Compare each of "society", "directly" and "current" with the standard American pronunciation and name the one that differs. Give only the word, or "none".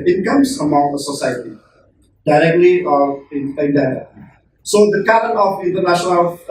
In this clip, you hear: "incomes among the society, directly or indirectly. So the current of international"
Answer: current